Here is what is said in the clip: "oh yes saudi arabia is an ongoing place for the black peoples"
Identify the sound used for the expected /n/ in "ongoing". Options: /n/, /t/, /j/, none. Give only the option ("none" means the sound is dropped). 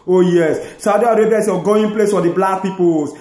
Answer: none